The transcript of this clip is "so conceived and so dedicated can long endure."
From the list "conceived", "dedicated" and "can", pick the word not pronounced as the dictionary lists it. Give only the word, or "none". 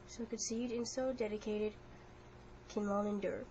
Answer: conceived